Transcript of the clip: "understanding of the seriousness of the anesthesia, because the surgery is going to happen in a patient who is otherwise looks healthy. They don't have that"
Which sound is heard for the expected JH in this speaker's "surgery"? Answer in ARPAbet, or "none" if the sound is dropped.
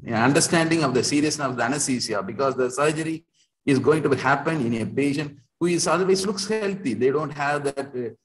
JH